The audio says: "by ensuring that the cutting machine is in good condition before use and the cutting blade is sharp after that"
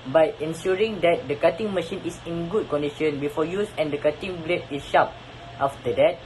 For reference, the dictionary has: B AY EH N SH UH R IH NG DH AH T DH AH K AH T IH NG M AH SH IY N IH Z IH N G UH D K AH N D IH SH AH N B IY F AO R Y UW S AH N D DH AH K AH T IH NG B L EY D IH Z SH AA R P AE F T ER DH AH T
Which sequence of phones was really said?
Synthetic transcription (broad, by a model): B AY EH N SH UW R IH NG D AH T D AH K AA T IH NG M AH SH IY N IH S IH N G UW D K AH N D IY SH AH N B IY F AO Y UW S AH N D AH K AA T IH NG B L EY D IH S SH AA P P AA F T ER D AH T